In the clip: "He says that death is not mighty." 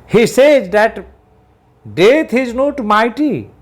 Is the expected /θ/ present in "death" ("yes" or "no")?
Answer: no